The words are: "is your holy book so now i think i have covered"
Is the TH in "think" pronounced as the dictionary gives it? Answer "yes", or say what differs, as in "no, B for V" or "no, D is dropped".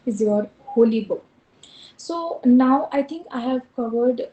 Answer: no, T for TH